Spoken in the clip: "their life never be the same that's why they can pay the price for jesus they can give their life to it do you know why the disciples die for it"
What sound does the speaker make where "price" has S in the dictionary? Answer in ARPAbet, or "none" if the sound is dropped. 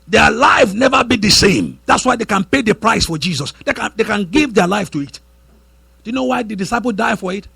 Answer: S